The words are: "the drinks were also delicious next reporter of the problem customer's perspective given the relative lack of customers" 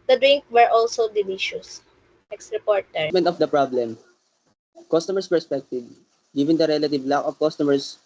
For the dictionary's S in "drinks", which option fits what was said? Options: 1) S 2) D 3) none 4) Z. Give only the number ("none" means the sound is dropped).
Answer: 3